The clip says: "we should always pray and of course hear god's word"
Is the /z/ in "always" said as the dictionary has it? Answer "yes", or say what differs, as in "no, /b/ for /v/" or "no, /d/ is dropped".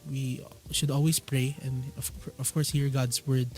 no, /s/ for /z/